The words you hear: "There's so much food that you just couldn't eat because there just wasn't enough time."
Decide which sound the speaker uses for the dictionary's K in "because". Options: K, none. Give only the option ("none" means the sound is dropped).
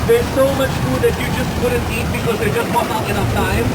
K